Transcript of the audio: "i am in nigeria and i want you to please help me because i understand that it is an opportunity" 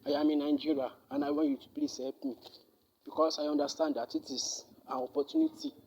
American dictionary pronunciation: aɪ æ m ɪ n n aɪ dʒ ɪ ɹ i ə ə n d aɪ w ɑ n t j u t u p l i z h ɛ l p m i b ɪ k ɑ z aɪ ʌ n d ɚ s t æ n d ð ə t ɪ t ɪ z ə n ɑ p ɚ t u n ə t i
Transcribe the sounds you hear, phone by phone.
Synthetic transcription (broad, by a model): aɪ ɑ m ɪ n n aɪ dʒ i ɹ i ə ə n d aɪ w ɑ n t j u t u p l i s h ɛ p m i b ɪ k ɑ s aɪ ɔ n d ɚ s t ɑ n d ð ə t ɪ t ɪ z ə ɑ p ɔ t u n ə t i